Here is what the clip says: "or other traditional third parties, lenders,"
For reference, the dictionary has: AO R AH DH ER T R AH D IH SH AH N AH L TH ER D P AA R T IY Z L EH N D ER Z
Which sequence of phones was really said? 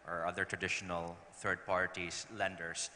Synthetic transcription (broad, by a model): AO R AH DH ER T R AH D IH SH AH N AH L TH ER D P AA R T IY S L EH N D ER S